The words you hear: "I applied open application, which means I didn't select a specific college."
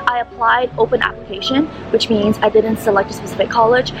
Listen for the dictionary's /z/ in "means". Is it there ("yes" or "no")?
yes